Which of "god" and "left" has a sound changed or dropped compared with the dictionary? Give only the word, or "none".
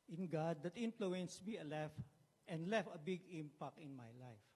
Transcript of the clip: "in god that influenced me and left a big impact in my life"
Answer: left